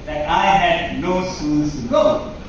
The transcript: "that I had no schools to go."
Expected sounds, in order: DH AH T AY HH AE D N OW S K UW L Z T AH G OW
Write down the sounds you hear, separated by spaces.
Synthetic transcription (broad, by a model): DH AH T AY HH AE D N OW S UW N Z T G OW